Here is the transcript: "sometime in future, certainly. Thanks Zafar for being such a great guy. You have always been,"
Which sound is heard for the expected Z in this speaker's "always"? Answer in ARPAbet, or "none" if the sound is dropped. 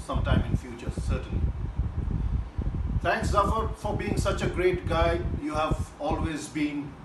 Z